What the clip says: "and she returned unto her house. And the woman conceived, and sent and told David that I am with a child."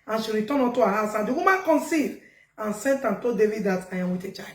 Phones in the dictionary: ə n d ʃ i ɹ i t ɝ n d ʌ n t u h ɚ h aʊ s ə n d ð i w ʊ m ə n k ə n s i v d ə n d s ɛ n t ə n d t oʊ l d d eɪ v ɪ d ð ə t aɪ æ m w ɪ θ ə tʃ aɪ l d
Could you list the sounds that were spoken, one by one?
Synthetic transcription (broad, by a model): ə n ʃ i ɹ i t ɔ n ɔ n t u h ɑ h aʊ s ə n d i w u m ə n k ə n s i d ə n s ɛ n t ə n t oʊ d d eɪ v ɪ d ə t aɪ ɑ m w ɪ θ ə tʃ aɪ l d